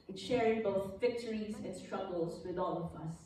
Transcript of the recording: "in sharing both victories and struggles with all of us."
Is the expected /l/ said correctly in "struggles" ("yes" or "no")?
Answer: yes